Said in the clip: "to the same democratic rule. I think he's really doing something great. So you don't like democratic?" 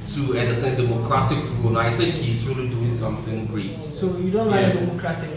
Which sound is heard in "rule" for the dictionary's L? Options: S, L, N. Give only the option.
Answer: N